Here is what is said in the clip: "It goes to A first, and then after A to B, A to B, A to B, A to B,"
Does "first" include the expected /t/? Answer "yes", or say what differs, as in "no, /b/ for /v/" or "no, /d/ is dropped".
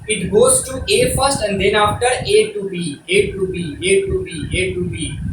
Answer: yes